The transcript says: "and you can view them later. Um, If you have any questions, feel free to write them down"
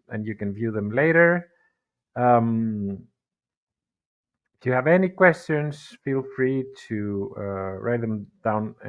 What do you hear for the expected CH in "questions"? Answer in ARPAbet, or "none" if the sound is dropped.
CH